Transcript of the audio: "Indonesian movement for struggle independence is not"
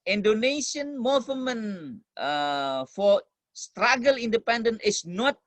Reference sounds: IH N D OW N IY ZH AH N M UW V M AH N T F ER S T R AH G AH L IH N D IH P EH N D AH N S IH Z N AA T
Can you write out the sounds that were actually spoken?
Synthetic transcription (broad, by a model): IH N D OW N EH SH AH N M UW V M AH N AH F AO S T R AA G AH L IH N D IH P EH N D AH N IH S N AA T